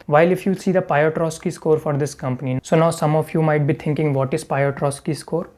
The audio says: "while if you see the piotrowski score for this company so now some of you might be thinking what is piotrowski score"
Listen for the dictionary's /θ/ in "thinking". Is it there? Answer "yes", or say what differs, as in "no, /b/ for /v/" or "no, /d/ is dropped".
no, /t/ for /θ/